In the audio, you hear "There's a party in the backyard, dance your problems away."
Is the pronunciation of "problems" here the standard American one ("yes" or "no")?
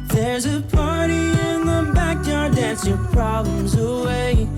yes